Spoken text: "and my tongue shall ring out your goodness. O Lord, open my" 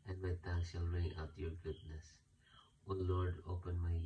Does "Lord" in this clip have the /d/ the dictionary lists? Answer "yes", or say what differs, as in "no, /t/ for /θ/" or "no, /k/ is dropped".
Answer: yes